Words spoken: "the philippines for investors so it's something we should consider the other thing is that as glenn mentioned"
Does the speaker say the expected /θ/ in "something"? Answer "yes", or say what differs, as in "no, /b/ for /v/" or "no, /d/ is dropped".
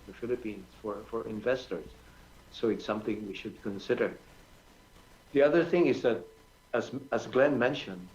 yes